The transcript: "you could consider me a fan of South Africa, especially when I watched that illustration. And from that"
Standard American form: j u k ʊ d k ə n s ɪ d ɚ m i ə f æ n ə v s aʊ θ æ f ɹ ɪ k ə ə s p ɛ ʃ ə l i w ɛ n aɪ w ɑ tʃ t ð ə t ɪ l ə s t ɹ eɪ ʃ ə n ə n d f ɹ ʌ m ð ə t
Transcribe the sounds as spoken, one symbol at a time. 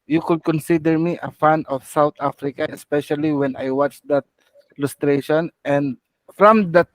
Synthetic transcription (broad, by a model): j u k ʊ d k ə n s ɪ d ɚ m i ə f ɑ n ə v s aʊ t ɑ f ɹ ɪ k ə ə s p ɛ ʃ ə l i w ɛ n aɪ w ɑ tʃ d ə t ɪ l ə s t ɹ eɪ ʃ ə n ə n d f ɹ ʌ m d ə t